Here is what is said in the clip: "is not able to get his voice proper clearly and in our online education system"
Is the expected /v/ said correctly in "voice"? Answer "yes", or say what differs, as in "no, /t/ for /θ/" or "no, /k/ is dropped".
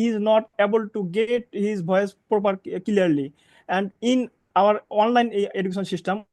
no, /b/ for /v/